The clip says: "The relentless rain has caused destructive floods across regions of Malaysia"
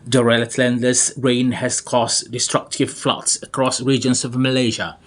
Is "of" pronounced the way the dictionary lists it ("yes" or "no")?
yes